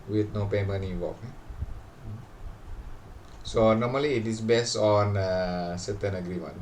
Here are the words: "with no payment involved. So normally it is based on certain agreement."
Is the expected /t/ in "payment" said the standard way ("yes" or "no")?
no